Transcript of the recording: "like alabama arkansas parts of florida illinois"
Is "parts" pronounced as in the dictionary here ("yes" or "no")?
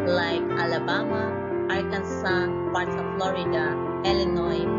no